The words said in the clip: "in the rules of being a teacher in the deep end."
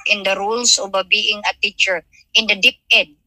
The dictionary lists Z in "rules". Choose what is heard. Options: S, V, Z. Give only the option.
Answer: S